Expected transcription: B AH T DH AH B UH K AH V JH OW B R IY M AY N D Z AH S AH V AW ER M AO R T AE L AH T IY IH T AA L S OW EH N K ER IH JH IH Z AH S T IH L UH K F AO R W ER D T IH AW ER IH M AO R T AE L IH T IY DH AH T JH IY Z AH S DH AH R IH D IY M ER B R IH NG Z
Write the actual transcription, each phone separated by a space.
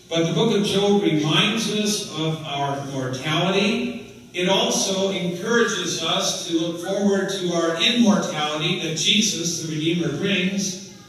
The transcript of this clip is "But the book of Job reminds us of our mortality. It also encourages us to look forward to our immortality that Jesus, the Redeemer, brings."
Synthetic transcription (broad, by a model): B AH T DH AH B UH K AH V JH OW R IY M AY N D Z AH S AH V AW ER M AO R T AE L AH T IY IH T AA L S OW EH N K ER IH JH IH Z AH S T IH L UH K F AO R W ER D T IH AW ER IH M AO R T AE L IH T IY DH AH T JH IY Z AH S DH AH R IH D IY M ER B R IH NG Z